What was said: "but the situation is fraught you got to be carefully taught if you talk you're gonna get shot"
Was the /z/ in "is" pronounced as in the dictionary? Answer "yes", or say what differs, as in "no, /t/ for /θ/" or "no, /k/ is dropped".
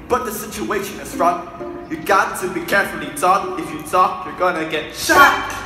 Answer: no, /s/ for /z/